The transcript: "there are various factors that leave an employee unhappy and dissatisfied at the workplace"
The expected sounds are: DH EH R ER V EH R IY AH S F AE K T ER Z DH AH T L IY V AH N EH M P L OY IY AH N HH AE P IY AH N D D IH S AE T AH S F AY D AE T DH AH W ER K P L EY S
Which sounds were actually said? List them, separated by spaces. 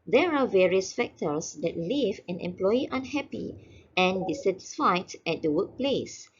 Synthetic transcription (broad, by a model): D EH R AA V EH R IY AH S F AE K T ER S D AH T L IY V AH N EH M P L OY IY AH N HH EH P IY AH N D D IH S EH T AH S F AY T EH T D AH W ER K P L EY S